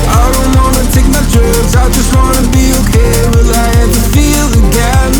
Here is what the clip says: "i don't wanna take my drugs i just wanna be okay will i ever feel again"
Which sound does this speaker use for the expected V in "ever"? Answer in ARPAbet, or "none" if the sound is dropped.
none